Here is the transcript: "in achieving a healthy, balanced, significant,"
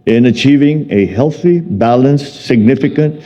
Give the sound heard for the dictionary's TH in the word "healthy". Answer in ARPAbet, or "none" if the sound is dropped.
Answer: TH